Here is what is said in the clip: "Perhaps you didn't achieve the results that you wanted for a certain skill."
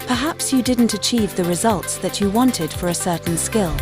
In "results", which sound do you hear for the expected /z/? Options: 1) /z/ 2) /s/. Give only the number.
1